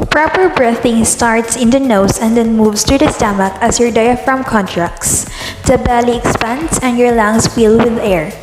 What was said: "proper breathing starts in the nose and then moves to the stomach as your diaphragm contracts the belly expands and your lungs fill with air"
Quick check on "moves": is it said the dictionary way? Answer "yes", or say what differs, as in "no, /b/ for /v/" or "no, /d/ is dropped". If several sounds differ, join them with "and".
no, /s/ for /z/